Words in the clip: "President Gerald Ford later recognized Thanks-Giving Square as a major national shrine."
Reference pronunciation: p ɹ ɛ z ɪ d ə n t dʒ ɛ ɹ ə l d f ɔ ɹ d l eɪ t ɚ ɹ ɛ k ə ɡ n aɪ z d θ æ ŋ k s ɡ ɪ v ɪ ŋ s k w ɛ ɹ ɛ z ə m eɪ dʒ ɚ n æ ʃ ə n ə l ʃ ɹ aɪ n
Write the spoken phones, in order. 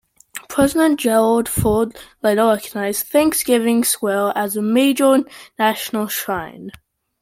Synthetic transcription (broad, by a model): p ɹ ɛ z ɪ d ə n dʒ ɛ ɹ ə l d f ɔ d l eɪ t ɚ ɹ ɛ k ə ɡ n aɪ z θ æ ŋ k s ɡ ɪ v ɪ ŋ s w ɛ l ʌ z ə m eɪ dʒ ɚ n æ ʃ ə n ə l ʃ ɹ aɪ n